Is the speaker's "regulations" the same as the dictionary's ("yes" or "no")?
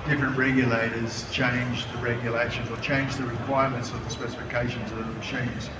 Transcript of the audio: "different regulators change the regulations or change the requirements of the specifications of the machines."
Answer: yes